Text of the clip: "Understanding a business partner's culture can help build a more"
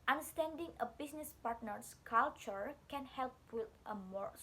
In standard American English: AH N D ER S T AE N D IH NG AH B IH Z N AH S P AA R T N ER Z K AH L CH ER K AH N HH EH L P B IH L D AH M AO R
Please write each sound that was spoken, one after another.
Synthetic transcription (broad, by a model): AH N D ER S T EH N D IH NG AH B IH S N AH S P AA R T N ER S K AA L CH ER K AH N HH EH L P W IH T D AH M AO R